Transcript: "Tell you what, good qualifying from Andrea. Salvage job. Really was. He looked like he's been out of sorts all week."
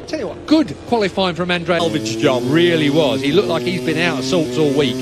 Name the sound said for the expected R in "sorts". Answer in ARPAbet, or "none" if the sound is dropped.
L